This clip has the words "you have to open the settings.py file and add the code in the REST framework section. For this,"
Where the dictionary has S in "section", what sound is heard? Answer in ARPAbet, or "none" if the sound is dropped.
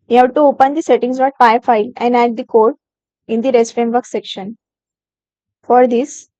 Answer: S